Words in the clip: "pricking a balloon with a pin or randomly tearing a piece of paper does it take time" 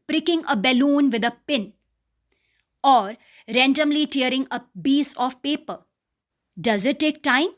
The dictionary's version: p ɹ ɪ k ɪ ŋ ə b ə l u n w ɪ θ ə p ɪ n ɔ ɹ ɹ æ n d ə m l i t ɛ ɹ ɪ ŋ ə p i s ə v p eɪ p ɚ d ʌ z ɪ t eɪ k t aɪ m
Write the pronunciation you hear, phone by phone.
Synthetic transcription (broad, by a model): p ɹ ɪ k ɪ ŋ ə b ə l u n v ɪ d ə p ɪ n ɔ ɹ ɹ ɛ n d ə m l i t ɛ ɹ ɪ ŋ ə b i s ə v p eɪ p ɚ d ʌ z ɪ t eɪ k t aɪ m